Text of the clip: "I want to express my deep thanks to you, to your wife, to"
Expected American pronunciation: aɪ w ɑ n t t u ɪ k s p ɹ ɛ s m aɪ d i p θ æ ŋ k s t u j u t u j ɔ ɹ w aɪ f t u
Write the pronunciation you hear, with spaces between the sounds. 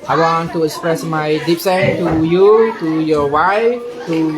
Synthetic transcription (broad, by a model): aɪ w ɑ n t t u ɪ k s p ɹ ɛ s m aɪ d i p s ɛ t u j u t u j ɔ w aɪ f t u